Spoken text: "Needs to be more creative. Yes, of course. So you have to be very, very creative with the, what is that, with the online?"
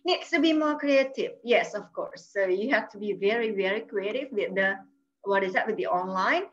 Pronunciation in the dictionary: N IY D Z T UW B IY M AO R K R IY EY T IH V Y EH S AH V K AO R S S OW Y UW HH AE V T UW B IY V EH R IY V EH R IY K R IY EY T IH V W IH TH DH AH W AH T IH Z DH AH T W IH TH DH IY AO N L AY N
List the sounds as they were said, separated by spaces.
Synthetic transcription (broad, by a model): N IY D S T UW B IY M AO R K R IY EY T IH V Y EH S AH F K AO R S S OW Y UW HH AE F T UW B IY V EH R IY V EH R IY K R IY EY T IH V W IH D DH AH W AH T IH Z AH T W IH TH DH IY AO N L AY N